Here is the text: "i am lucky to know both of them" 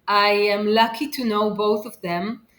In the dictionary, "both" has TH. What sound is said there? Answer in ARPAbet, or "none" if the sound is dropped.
TH